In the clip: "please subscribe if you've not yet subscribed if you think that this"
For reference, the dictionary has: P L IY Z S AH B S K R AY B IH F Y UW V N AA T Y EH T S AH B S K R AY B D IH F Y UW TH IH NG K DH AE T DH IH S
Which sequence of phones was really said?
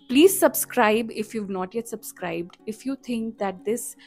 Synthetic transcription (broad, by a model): P L IY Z S AH B S K R AY B IH F Y UW V N AA T Y EH T S AH B S K R AY B D IH F Y UW T IH NG K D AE T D IH S